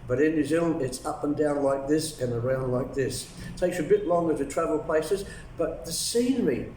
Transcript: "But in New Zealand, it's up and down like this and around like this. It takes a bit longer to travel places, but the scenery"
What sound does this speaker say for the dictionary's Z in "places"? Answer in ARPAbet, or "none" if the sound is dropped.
Z